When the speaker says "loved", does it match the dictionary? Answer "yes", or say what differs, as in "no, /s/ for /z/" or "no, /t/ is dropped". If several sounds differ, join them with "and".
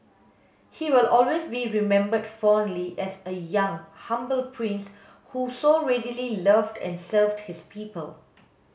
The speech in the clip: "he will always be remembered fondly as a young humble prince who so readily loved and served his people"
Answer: yes